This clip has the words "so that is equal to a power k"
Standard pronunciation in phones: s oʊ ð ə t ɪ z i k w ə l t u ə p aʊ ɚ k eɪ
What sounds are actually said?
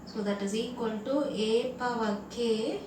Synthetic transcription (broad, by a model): s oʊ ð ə t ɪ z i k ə n t u ə p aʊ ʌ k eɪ